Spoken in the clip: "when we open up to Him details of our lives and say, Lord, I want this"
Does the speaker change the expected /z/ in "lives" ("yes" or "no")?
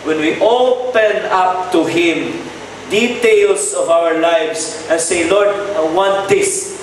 yes